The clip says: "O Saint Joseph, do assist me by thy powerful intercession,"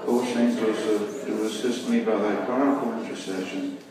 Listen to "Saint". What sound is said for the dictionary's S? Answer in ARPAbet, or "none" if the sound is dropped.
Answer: SH